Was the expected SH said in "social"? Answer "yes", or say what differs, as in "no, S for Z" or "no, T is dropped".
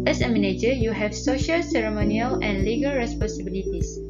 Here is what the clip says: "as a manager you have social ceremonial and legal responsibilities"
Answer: yes